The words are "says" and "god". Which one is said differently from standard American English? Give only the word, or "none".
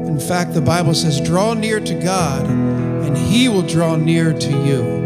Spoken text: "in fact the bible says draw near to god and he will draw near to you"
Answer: none